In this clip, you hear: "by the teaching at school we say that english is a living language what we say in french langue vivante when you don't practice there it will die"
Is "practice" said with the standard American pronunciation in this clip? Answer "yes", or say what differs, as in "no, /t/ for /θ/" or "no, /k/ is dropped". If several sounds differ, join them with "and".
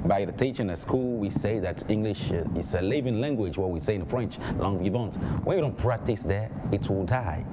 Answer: yes